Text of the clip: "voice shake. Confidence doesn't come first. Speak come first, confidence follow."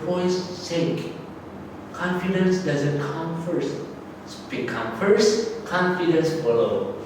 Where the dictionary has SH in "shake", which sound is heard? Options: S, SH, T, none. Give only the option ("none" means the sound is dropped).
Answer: S